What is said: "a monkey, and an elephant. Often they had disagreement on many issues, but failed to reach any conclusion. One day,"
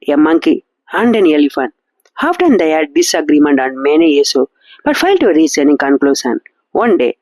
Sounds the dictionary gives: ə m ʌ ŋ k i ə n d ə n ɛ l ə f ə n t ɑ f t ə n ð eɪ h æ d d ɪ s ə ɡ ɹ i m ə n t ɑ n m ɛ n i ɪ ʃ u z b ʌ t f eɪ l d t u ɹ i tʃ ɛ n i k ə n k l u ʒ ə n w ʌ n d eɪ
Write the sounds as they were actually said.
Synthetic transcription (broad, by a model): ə m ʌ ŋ k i ə n d ə n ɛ l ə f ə n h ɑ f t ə n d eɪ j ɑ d d ɪ s ə ɡ ɹ i m ə n t ɑ n m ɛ n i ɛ s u b ʌ t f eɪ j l t u ɹ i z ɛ n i k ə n k l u s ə n w ʌ n d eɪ